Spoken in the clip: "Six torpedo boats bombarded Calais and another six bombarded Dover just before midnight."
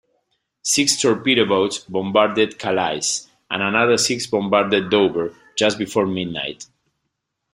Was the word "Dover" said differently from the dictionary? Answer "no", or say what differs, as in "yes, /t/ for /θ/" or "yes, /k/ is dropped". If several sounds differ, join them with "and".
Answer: yes, /b/ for /v/